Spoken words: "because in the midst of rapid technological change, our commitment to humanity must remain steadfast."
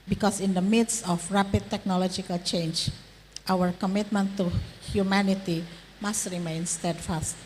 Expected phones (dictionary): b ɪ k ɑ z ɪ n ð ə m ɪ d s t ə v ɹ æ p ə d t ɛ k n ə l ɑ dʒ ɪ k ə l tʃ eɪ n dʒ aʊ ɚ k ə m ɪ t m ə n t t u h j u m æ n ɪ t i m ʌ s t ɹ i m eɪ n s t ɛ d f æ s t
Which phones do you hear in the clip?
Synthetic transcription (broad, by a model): b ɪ k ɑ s ɪ n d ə m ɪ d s ə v ɹ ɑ p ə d t ɛ k n ə l ɑ dʒ ɪ k ə l tʃ eɪ n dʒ aʊ ɚ k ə m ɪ t m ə n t t u h j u m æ n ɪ t i m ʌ s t ɹ i m eɪ n s t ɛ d f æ s t